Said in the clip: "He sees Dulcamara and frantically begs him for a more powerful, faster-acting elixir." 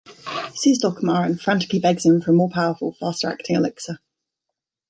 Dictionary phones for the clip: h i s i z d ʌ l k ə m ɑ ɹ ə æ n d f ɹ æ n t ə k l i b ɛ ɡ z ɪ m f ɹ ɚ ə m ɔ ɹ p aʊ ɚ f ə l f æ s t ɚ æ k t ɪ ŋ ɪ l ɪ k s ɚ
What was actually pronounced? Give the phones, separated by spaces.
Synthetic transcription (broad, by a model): s i z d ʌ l k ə m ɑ ɹ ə n f ɹ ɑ n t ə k i b ɛ ɡ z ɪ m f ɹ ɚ ə m ɔ p aʊ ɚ f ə l f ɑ s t ɚ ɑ k t ɪ ŋ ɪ l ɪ k s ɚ